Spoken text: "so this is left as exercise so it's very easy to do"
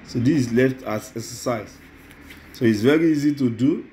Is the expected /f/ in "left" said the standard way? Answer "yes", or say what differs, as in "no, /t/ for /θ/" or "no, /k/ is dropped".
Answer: yes